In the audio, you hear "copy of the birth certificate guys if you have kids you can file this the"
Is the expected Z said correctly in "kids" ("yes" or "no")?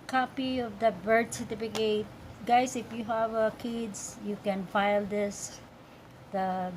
no